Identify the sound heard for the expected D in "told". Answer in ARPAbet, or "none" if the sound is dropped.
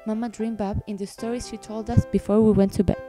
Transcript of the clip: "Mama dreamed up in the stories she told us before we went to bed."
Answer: D